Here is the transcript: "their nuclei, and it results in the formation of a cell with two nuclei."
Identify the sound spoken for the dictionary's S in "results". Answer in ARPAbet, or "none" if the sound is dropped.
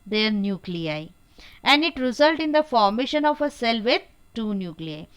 none